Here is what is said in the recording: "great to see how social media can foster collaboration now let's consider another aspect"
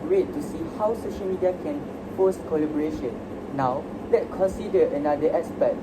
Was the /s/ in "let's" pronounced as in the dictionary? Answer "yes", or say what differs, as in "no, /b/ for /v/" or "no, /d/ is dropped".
no, /s/ is dropped